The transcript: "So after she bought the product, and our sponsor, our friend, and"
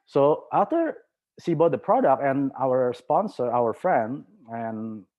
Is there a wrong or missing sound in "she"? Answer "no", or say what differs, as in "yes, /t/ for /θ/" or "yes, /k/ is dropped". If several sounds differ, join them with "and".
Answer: yes, /s/ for /ʃ/